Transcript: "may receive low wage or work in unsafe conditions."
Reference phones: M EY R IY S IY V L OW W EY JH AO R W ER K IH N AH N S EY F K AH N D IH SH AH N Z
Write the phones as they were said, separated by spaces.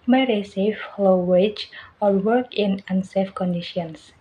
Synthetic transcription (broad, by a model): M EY R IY S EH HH L OW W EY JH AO L W ER K IH N AH N S EY F K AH N D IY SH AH N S